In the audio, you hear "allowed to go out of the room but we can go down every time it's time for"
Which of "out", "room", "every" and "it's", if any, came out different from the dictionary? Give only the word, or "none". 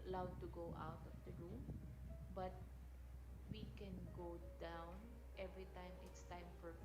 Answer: none